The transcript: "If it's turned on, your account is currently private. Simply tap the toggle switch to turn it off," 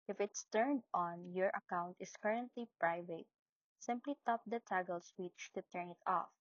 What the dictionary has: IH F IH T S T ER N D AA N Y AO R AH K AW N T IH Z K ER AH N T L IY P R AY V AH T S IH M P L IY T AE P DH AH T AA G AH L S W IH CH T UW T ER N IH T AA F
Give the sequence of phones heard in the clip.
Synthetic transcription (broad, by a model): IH F IH T S T ER N D AA N Y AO R AH K AW N T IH S K ER AH N T L IY P R AY V AH T S IH M P L IY T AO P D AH T AA G AH L S W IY CH T UW T ER N IH T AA F